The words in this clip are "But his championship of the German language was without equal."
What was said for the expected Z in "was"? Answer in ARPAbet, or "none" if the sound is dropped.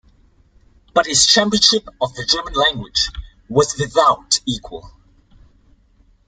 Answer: Z